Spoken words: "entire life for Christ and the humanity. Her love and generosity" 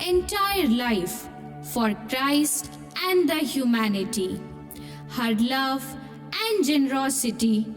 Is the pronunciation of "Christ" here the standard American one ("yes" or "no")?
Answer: yes